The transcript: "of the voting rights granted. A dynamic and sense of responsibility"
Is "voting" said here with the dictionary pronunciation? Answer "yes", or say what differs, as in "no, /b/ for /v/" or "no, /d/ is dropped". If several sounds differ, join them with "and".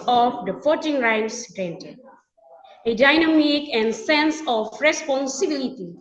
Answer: no, /f/ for /v/